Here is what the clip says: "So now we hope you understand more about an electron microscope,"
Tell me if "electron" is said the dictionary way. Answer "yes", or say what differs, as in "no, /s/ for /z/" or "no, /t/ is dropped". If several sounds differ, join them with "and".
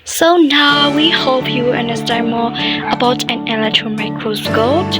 yes